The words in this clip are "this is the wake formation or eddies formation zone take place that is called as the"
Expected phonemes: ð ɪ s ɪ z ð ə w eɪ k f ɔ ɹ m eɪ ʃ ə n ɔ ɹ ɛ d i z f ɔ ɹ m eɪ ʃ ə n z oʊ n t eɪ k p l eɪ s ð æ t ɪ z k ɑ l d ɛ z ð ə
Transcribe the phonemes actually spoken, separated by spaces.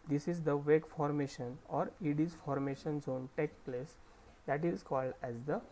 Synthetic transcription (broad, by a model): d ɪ s ɪ z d ə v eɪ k f ɔ ɹ m eɪ ʃ ə n ɔ ɹ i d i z f ɔ ɹ m eɪ ʃ ə n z oʊ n t eɪ k p l eɪ s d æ t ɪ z k ɑ l d ɛ z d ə